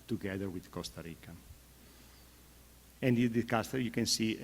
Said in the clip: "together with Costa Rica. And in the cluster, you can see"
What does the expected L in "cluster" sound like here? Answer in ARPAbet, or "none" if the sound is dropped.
none